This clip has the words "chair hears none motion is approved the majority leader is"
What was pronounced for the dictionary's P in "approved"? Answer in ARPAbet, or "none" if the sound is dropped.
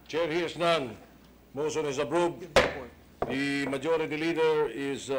B